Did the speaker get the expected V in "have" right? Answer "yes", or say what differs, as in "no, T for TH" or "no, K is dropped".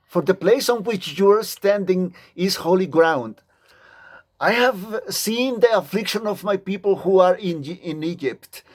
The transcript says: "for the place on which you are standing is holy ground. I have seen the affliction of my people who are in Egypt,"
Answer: yes